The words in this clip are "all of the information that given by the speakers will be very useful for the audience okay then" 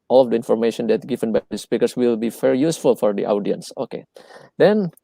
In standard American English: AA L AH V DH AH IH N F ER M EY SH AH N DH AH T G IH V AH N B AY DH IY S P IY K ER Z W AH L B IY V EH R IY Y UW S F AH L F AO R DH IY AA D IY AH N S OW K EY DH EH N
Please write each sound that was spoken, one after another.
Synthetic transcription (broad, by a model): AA L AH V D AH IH N F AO M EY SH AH N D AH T G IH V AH N B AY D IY S P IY K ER S W AH L B IY F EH R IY Y UW S F AH L F AO R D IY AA D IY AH N S OW K EY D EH N